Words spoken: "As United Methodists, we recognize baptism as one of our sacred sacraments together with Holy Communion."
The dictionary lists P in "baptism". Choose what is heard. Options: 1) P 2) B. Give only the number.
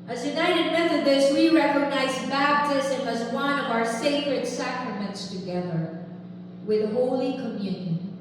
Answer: 2